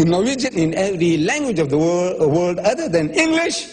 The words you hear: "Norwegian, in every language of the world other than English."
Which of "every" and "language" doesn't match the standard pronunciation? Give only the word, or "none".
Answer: none